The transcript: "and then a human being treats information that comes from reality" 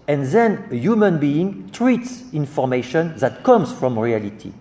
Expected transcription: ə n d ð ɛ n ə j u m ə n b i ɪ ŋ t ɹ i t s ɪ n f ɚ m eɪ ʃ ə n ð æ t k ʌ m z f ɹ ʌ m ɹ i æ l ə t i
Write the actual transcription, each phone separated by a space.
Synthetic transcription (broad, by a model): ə n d ð ɛ n ə j u m ə n b i ɪ ŋ t ɹ i t s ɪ n f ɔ m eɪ ʃ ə n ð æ t k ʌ m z f ɹ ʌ m ɹ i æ l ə t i